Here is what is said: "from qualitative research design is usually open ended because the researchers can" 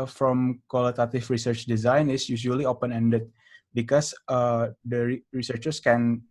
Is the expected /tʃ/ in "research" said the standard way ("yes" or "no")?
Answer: yes